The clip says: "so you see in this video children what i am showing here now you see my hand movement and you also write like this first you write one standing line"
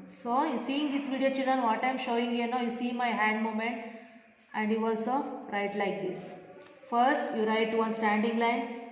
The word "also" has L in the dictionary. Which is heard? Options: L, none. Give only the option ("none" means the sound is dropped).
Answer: L